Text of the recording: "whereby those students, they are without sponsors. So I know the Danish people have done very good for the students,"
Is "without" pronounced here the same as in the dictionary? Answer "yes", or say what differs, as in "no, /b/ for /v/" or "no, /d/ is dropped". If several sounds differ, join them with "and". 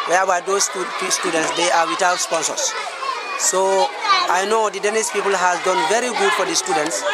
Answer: no, /t/ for /θ/